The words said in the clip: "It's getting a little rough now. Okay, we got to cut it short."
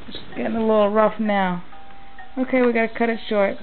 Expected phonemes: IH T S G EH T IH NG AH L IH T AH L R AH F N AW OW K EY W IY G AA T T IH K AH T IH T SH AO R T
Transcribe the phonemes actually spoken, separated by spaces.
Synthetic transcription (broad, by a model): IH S G EH T IH NG AH L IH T L R AH F N AW OW K EY W IY G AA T T IH K AH T IH T SH AO R T